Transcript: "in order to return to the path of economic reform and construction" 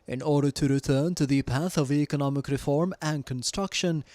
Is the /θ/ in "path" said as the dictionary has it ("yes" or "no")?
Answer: yes